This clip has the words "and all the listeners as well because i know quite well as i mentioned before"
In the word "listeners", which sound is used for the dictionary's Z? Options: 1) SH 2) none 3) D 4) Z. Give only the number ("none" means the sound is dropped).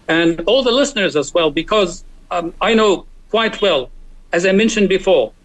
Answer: 4